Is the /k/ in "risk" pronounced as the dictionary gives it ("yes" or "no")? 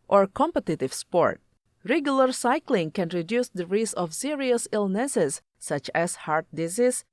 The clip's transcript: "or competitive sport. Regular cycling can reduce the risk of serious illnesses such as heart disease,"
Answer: no